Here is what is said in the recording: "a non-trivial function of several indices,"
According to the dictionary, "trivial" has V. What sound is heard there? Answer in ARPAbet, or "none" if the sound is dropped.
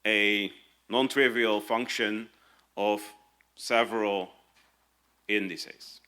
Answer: V